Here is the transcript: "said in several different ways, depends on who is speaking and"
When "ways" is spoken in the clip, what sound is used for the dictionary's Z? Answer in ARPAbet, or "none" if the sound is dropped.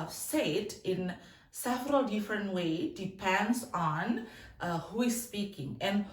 none